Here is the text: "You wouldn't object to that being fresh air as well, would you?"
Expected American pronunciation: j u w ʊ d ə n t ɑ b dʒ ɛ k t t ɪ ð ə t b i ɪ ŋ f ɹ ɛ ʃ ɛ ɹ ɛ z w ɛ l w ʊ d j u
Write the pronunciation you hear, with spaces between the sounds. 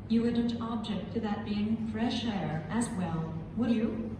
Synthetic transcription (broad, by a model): j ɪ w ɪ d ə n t ɑ b dʒ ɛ k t t ɪ ð ə t b i ɪ ŋ f ɹ ɛ ʃ ɛ ɹ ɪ z w ɛ l w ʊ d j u